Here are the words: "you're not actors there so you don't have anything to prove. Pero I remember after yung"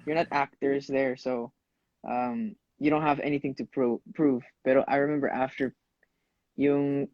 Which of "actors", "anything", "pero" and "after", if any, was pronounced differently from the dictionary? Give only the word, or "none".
pero